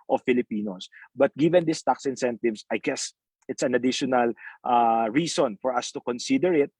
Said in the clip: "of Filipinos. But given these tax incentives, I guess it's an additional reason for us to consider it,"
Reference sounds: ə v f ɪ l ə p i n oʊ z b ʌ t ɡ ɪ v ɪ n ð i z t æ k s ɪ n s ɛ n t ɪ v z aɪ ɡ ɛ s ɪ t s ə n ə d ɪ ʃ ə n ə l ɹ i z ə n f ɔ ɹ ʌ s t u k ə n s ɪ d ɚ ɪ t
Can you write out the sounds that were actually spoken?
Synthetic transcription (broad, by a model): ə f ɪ l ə p i n oʊ s b ʌ t ɡ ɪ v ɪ n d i s t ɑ k s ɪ n s ɛ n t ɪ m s aɪ ɡ ɛ s ɪ t s ə n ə d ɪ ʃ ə n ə l ɹ i s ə n f ɔ ɹ ʌ s t u k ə n s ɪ d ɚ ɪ t